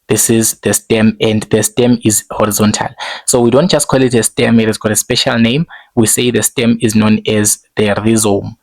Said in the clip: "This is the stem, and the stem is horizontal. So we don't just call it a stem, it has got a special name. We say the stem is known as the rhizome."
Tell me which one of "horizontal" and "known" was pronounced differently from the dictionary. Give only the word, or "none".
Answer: none